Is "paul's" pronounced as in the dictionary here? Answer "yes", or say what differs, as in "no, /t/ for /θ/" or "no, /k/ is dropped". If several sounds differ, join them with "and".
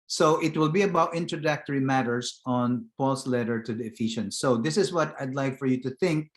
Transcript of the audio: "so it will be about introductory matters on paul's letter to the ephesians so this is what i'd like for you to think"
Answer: no, /s/ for /z/